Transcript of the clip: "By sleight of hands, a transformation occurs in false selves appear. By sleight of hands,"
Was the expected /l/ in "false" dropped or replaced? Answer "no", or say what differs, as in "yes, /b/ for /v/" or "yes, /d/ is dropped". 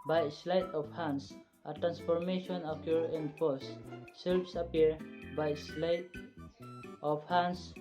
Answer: yes, /l/ is dropped